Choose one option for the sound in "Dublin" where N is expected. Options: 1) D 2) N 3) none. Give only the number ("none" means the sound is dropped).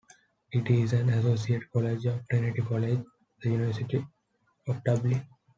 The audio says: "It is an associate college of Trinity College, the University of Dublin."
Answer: 3